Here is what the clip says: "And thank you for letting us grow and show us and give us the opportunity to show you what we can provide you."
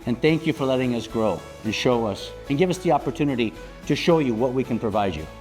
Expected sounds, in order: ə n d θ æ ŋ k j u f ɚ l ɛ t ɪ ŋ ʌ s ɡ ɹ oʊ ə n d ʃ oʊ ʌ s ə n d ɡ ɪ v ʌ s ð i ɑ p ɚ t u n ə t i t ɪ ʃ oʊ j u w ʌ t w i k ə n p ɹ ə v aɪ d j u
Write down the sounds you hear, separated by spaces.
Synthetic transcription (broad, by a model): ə n θ æ ŋ k j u f ɚ l ɛ t ɪ ŋ ʌ s ɡ ɹ oʊ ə n ʃ oʊ ʌ s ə n ɡ ɪ v ʌ s ð i ɑ p ɚ t u n ə t i t ɪ ʃ oʊ j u w ʌ t w i k ə n p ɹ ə v aɪ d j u